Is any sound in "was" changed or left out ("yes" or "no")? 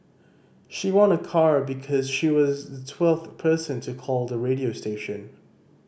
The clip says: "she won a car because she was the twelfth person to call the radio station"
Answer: no